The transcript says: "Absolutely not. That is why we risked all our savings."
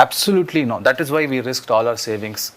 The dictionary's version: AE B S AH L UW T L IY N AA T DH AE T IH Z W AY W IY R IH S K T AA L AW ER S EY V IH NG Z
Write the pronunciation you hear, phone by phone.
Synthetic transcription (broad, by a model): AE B S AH L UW T L IY N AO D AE T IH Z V AY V IY R IH S K T AA L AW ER S EY V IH NG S